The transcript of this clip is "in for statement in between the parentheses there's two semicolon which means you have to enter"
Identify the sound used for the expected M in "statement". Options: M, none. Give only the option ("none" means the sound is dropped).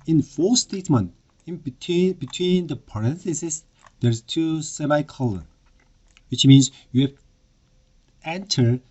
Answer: M